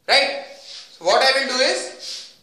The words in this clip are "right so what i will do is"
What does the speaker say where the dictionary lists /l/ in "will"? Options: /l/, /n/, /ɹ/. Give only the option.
/n/